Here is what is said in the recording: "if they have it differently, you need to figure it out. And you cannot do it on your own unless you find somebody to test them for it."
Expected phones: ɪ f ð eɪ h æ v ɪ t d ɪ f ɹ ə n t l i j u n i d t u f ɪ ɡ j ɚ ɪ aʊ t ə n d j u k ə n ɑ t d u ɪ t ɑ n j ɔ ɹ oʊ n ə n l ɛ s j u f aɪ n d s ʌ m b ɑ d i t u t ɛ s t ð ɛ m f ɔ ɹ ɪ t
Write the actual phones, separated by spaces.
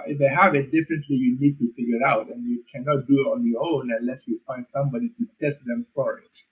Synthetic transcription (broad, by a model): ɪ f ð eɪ h æ v ɪ t d ɪ f ɹ ə n t l i j u n i d t u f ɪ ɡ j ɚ ɪ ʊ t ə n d j u k ə n ɑ t d u ɪ t ɑ n j ɔ ɹ oʊ n ə n l ɛ s j u f aɪ n d s ʌ m b ɑ d i t u t ɛ s t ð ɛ m f ɔ ɹ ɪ t